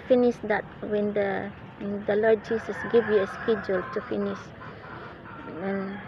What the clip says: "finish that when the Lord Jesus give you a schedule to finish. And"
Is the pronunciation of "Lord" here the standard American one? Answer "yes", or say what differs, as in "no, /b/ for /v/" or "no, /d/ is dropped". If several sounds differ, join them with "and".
no, /l/ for /ɹ/